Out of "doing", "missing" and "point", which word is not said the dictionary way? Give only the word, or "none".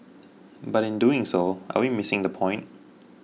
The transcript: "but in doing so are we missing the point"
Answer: none